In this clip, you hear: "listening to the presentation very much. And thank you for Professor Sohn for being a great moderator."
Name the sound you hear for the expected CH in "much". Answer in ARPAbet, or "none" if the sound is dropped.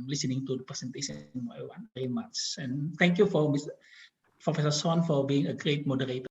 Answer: S